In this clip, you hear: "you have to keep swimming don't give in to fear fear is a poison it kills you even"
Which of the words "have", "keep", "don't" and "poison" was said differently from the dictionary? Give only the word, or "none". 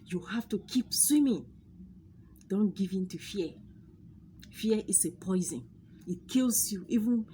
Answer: have